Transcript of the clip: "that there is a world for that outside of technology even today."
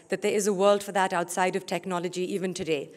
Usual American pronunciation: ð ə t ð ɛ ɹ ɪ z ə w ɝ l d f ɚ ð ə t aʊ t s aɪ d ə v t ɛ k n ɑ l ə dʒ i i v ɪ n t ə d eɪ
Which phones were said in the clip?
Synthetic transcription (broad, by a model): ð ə t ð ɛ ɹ ɪ z ə w ɝ l d f ɚ ð ə t aʊ t s aɪ d ə v t ɛ k n ɑ l ə dʒ i i v ɪ n t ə d eɪ